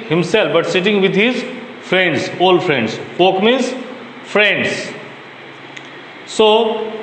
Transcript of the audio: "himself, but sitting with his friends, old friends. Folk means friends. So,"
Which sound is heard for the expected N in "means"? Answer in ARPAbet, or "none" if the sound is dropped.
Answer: none